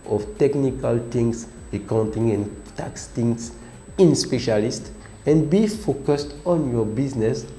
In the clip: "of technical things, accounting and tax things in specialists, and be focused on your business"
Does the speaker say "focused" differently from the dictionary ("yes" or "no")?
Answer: no